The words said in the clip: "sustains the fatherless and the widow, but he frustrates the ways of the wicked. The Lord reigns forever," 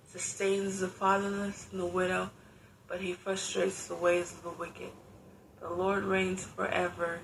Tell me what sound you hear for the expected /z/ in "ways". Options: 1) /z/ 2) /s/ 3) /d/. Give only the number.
1